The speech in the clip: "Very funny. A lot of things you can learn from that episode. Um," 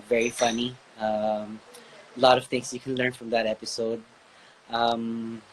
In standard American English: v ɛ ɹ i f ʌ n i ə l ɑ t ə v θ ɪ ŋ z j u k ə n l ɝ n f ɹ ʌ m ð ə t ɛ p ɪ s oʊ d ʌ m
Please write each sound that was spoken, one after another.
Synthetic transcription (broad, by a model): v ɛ ɹ i f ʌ n i ə l ɑ t ə v t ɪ ŋ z j u k ə n l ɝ n f ɹ ʌ m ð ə t ɛ p ɪ s oʊ d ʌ m